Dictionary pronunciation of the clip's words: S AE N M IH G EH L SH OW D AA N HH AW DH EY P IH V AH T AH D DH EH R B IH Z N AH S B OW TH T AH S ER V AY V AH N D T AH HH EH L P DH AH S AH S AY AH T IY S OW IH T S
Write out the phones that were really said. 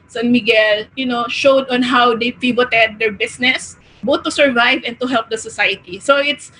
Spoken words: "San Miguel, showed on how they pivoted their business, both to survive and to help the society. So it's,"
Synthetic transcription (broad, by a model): S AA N M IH G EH L SH OW D AA N HH AW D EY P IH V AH T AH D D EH R B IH S N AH S B OW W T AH S ER V AY V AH N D T AH HH EH L P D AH S AH S AY AH T IY S OW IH T S